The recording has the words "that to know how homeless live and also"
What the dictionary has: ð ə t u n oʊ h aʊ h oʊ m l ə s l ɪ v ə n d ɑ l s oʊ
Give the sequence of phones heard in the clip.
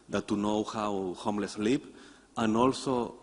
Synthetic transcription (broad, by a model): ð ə t u n oʊ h aʊ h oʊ m l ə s l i p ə n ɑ l s oʊ